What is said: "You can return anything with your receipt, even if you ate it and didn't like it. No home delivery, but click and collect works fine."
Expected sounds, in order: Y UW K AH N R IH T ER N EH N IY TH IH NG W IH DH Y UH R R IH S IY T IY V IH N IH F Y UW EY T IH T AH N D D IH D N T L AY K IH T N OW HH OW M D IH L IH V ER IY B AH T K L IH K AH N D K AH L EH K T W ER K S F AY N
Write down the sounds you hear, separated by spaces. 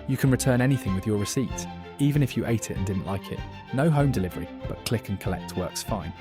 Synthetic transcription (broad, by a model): Y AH K AH N R IH T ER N EH N IY TH IH NG W IH DH Y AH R R IH S IY T IY V IH N IH F Y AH EY T IH T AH N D D IH D N T L AY K IH T N OW HH OW M D IH L IH V ER IY B AH T K L IH K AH N K AH L EH K T W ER K S F AY N